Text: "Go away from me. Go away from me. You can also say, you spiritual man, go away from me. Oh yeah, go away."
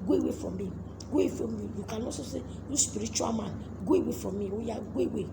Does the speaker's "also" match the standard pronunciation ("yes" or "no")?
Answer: no